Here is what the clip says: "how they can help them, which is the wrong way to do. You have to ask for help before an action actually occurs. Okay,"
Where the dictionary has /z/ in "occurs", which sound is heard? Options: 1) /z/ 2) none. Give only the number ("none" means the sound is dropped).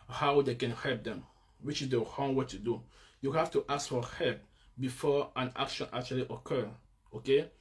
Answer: 2